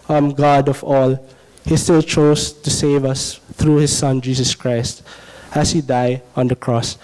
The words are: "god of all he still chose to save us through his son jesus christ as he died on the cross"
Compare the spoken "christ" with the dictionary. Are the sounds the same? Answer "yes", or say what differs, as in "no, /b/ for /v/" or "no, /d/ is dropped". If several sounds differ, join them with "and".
yes